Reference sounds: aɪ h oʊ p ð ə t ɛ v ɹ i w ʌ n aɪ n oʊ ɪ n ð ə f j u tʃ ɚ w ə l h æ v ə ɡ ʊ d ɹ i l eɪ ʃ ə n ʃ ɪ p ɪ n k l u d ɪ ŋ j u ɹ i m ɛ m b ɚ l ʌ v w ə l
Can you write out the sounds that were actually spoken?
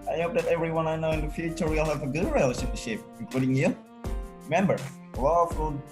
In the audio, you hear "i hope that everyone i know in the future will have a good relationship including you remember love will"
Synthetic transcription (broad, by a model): aɪ h oʊ p ð ə t ɛ v ɹ i w ʌ n aɪ n oʊ ɪ n ð ə f j u tʃ ɚ w ə l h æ v ə ɡ ʊ d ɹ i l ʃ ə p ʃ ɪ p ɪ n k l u d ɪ ŋ j u ɹ i m ɛ m b ɚ w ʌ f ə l